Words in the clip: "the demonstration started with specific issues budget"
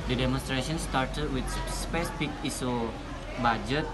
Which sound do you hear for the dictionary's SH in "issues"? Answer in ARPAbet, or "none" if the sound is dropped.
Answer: S